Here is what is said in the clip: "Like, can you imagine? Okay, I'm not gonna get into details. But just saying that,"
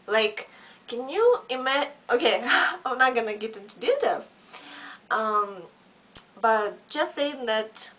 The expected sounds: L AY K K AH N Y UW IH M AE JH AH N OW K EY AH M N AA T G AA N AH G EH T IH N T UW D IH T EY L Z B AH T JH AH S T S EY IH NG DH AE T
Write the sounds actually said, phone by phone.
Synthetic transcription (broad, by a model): L AY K K AH N Y UW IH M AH OW K EY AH N AA T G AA N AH G EH T IH N T UW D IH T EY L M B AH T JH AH S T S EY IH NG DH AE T